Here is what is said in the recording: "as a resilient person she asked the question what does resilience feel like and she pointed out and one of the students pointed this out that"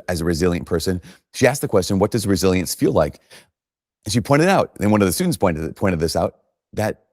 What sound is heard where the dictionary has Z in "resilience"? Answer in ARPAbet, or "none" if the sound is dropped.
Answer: Z